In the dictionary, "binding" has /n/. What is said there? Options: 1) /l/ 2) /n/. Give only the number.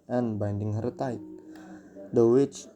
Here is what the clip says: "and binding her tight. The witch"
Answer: 2